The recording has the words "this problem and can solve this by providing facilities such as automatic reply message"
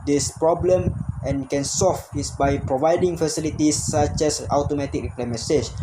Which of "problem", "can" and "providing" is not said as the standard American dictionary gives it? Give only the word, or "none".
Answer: none